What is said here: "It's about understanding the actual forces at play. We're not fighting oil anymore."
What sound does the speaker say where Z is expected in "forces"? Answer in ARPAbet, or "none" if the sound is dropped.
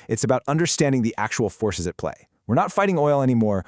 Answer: Z